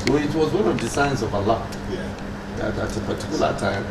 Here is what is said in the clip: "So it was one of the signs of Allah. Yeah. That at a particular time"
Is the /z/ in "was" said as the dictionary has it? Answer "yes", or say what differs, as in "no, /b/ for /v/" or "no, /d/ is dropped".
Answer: yes